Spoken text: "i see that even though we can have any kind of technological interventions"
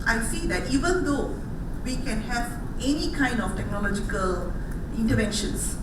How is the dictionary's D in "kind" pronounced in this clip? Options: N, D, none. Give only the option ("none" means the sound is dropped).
D